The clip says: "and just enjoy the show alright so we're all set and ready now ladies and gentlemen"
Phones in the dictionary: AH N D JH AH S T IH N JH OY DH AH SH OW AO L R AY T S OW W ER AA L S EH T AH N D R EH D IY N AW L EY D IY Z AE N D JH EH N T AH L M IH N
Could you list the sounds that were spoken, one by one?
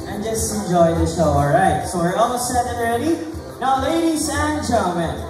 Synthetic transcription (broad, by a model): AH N JH AH S T IH N JH OY DH AH SH OW AO L R AY T S OW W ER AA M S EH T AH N R EH D IY N AW L EY D IY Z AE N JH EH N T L M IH N